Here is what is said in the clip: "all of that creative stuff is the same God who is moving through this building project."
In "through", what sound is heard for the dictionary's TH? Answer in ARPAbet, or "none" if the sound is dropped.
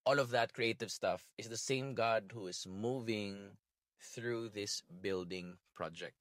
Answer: TH